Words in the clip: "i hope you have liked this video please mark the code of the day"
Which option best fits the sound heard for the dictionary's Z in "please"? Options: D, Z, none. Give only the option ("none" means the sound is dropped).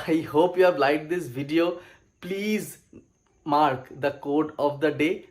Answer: Z